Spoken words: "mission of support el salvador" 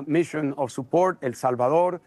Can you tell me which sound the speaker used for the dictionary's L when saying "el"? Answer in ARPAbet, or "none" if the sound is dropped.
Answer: L